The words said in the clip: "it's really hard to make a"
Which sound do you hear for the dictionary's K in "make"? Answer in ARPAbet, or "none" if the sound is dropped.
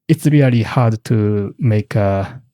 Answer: K